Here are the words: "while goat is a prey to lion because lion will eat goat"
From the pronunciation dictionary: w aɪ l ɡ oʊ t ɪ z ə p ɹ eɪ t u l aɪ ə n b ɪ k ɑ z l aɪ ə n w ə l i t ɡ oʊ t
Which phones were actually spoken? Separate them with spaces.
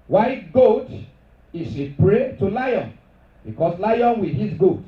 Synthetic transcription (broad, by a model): w aɪ ɡ oʊ t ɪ s ə p ɹ eɪ t u l aɪ ə n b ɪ k ɑ s l aɪ ə n w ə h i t ɡ oʊ t